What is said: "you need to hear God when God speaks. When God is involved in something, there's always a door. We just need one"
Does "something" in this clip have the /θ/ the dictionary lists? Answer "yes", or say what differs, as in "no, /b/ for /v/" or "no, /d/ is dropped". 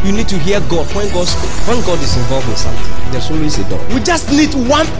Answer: no, /t/ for /θ/